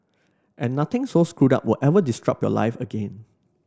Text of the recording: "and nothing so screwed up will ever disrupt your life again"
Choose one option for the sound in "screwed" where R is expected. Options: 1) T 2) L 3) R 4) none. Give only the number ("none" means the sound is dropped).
3